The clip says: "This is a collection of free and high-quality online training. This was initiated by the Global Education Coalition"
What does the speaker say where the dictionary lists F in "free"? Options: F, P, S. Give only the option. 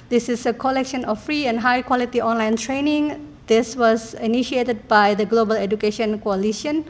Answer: F